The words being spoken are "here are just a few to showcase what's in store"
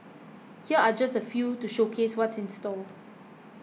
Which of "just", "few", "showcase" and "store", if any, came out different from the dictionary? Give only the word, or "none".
store